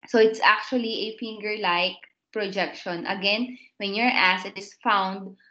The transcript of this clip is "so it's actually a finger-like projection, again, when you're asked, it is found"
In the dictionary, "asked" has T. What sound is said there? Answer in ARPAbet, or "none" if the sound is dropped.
none